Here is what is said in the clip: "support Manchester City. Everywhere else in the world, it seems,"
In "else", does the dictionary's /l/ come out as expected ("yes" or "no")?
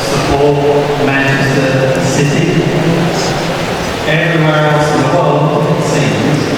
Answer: no